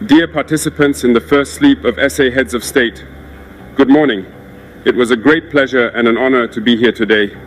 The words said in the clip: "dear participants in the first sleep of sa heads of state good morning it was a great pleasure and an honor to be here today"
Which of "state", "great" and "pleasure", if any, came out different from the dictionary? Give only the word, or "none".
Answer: none